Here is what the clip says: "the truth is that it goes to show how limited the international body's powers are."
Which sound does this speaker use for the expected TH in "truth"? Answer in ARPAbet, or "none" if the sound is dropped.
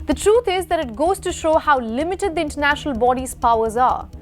T